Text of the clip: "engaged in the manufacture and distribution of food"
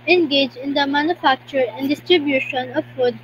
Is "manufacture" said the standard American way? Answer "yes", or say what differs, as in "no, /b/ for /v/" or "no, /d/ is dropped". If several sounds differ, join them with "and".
yes